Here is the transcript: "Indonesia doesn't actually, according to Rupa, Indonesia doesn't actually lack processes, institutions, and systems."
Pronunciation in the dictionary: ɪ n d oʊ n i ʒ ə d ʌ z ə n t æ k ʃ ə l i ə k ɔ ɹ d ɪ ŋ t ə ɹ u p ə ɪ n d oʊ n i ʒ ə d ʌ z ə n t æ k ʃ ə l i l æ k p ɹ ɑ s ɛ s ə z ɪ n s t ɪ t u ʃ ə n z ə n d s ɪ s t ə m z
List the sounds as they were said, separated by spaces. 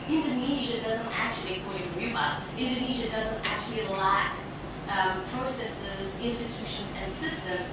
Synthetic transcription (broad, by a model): ɪ n d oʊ n i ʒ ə d ʌ z ə n t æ k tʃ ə l i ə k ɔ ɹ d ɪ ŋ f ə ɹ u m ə ɪ n d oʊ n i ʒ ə d ʌ z ə n t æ k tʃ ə l i l æ k p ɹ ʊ s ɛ s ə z ɪ n s t ɪ t u ʃ ə n z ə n s ɪ s t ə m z